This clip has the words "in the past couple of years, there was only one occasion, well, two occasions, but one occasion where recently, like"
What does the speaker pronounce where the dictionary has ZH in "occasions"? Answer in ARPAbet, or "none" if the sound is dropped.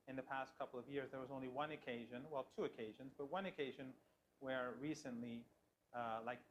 ZH